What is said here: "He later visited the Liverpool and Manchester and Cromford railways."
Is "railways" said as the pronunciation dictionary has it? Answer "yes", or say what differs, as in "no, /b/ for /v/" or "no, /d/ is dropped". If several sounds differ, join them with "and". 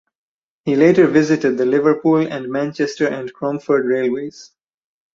yes